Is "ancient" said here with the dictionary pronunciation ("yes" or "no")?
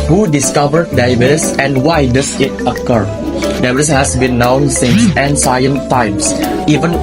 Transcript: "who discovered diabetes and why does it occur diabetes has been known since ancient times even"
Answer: no